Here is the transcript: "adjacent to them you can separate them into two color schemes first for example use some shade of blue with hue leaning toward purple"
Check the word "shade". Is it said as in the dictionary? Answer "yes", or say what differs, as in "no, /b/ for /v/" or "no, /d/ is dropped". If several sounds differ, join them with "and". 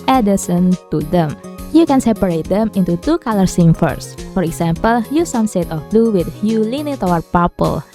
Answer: no, /s/ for /ʃ/